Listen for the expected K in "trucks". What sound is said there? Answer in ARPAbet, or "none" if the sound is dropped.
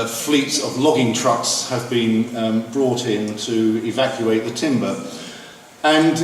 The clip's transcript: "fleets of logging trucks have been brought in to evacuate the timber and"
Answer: K